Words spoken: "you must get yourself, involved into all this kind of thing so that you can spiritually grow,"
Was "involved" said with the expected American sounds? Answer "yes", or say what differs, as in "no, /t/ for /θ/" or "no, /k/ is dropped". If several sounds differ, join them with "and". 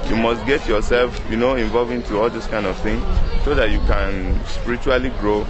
no, /d/ is dropped